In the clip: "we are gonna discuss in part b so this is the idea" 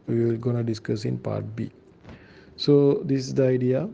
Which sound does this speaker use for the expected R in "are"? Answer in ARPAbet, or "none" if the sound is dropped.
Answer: L